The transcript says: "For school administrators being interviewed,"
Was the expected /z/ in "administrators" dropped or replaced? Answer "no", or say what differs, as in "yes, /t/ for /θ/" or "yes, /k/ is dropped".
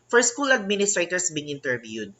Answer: yes, /s/ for /z/